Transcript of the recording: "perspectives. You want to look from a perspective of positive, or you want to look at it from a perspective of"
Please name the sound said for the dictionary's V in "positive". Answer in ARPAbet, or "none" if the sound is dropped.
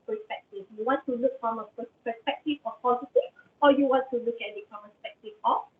none